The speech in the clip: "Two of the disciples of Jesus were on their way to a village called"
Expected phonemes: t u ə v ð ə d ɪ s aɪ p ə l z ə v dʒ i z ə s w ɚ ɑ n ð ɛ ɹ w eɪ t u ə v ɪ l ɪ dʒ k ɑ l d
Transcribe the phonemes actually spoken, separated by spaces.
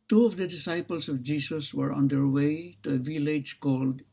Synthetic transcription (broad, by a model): t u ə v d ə d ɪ s aɪ p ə l s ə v dʒ i s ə s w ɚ ɑ n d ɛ ɹ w eɪ t u ə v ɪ l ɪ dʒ k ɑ l d